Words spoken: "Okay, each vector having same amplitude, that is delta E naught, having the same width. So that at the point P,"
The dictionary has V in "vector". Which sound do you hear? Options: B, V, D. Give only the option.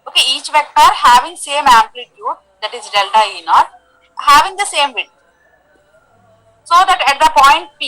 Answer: V